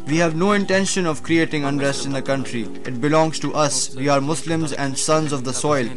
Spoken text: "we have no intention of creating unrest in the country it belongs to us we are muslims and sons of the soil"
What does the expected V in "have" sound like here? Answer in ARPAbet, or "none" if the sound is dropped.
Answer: V